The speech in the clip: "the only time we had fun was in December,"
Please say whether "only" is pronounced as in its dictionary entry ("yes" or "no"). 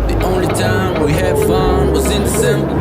yes